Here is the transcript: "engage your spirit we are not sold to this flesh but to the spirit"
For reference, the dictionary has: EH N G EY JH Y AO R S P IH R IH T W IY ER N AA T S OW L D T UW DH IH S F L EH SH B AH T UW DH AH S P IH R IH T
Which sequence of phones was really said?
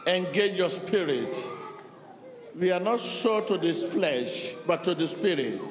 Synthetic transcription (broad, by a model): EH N G EY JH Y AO S P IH R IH T W IY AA N AA T SH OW T UW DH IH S F L EH SH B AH T UW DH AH S P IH R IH T